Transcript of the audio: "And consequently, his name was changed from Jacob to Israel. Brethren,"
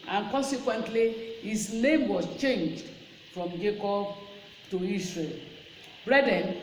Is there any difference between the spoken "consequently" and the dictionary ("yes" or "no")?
no